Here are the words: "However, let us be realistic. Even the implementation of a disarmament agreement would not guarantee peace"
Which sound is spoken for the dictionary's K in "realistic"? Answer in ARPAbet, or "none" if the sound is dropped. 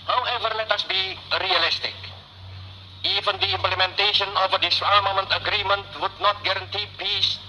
K